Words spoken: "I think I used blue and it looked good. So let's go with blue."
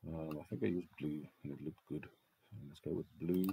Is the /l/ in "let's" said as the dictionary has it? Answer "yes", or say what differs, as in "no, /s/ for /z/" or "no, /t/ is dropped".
no, /n/ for /l/